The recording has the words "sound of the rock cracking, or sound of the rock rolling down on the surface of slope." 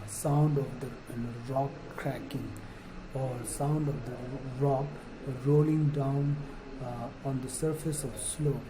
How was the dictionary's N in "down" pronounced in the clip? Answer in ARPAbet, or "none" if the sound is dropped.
N